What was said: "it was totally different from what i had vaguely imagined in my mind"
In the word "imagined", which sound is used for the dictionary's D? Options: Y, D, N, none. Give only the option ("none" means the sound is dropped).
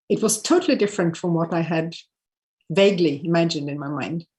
D